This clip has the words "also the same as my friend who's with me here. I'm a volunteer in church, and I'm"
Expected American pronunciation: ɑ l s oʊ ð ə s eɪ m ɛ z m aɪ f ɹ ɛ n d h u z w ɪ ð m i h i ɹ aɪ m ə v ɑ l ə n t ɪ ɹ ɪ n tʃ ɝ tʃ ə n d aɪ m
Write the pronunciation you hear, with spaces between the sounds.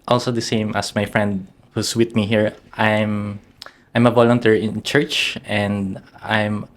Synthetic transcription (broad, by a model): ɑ l s oʊ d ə s eɪ m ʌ s m aɪ f ɹ ɛ n d h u s w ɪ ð m i h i ɹ aɪ m ə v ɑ l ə n t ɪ ɹ ɪ n tʃ ɝ tʃ ə n d aɪ m